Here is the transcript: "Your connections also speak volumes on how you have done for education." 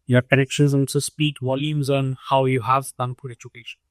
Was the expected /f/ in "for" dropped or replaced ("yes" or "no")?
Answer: yes